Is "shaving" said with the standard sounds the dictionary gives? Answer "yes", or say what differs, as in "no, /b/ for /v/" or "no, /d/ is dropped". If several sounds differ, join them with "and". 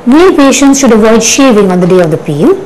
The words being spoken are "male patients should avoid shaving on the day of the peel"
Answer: yes